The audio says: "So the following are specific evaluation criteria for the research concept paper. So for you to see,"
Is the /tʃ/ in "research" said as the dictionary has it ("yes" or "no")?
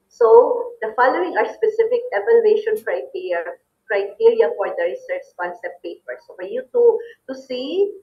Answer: no